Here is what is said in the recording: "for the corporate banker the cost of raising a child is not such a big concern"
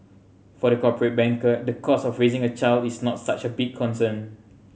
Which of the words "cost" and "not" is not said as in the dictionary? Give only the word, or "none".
cost